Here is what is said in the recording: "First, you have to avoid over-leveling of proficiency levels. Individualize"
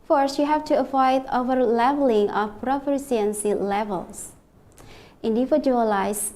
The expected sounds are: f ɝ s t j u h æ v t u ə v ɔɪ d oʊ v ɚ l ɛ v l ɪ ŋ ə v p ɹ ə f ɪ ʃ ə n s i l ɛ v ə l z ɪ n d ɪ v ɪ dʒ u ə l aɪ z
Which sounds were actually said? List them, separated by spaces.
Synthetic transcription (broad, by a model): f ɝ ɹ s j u h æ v t u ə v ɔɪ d oʊ v ɚ l ɛ v l ɪ ŋ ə f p ɹ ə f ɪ s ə n s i l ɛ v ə l s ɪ n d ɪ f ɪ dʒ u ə l aɪ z